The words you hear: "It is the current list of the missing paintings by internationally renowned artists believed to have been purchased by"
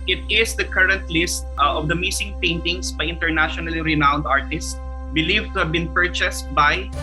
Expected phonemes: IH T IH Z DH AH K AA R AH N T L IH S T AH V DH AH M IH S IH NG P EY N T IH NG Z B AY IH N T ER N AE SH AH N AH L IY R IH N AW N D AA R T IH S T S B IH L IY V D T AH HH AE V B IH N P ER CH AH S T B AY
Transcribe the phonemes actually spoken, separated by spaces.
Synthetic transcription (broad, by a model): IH T IH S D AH K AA R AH N T L IH S T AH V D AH M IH S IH NG P EY N T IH NG S B AY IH N T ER N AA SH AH N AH L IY R IH N AW N D AA R T IH S T S B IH L IY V T AH HH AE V B IH N P ER CH AH S T B AY